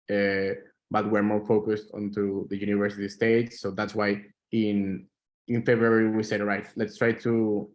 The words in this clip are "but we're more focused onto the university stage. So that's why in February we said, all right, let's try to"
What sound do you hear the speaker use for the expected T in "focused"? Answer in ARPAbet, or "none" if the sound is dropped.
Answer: T